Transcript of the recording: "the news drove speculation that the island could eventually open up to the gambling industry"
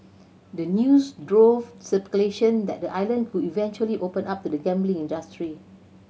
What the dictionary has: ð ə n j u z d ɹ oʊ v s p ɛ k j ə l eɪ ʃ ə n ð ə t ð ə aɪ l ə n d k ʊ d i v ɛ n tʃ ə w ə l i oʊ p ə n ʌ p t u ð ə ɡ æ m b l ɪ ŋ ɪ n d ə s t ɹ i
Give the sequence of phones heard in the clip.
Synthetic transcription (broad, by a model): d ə n j u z d ɹ oʊ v s ɛ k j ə l eɪ ʃ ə n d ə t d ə aɪ l ə n d k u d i v ɛ n tʃ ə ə l i oʊ p ə n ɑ p t u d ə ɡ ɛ m b l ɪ ŋ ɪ n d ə s t ɹ i